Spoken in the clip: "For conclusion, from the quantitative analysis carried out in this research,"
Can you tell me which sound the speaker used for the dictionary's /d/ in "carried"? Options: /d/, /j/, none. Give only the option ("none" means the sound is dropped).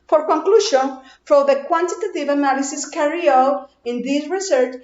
none